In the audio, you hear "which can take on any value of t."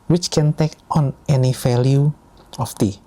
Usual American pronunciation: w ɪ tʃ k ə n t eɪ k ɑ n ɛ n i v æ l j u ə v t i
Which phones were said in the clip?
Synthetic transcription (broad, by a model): w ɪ tʃ k ə n t eɪ k ɑ n ɛ n i f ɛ l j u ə f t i